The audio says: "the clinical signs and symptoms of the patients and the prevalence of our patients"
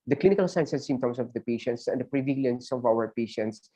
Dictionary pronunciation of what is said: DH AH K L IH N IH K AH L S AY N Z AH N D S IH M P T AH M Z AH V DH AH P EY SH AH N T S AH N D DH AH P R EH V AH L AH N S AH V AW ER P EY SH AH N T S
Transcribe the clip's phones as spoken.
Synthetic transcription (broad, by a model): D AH K L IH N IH K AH L S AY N S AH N S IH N T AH M S AH V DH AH P EY SH AH N T S AH N D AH P R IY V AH L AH N S AH V AW ER P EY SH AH N T S